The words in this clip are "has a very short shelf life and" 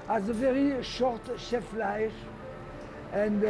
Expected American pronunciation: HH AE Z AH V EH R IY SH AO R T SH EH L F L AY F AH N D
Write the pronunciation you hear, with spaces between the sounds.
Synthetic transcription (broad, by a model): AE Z AH V EH R IY SH AO R T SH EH F L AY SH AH N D